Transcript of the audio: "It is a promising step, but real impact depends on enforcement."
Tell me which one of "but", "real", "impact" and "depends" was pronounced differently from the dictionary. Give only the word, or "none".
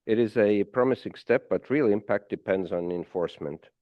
none